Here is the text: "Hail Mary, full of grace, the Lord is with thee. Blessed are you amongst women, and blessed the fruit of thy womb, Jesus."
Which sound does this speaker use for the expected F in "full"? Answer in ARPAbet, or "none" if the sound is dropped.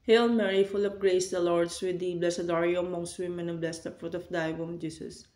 F